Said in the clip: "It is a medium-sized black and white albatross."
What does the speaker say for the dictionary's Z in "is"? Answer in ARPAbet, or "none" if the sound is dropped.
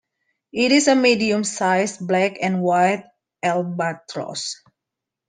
S